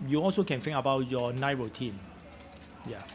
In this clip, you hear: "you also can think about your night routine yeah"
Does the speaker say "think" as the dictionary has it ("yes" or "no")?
no